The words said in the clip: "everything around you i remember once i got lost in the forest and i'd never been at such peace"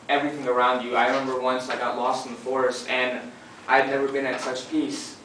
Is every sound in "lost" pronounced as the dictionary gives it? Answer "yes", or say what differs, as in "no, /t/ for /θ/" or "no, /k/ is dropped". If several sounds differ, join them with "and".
yes